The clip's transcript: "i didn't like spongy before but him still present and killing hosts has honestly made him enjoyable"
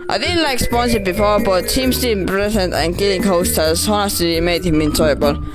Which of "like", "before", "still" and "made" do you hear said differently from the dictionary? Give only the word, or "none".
still